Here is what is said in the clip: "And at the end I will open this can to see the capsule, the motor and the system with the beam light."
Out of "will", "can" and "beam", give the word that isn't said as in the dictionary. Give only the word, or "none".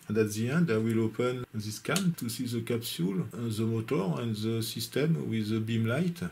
none